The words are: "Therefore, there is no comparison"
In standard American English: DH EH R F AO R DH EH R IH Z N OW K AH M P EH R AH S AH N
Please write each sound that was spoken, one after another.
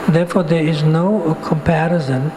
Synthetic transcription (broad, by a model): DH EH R F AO R DH EH R IH Z N OW K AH M P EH R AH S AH N